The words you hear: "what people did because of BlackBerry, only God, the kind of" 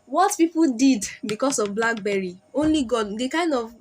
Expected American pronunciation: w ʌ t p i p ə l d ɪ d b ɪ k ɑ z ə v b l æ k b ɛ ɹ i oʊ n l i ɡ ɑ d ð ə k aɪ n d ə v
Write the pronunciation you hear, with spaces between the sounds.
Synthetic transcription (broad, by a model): w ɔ t p i p ə l d ɪ d b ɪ k ɑ s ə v b l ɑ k b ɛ ɹ i oʊ n l i ɡ ɑ d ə k aɪ n d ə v